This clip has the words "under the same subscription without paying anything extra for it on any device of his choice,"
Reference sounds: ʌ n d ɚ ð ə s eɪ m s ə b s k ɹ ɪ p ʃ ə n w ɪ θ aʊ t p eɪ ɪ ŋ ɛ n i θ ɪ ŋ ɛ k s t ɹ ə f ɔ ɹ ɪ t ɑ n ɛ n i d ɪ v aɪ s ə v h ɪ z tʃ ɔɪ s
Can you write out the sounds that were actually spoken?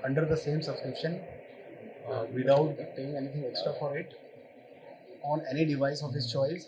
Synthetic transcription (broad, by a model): ʌ n d ɚ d ə s eɪ m s ə b s k ɹ ɪ p ʃ ə n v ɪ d aʊ t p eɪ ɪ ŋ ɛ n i t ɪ ŋ ɛ k s t ɹ ə f ɔ ɹ ɪ t ɑ n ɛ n i d ɪ v aɪ s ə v h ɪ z tʃ ɔɪ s